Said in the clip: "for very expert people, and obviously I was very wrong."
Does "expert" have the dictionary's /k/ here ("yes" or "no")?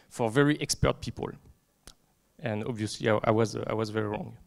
yes